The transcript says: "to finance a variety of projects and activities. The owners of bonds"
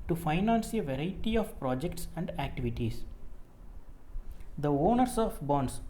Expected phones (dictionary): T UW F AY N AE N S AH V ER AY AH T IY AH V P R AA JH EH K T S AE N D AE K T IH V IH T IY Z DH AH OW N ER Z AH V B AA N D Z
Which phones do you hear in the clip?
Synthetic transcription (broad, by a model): T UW F AY N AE N S AH V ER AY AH T IY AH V P R AA JH EH K T S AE N D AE K T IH V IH T IY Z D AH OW N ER S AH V B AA N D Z